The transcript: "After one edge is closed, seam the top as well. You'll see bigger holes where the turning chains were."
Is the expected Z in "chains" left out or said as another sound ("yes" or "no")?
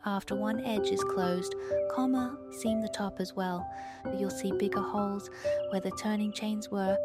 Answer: no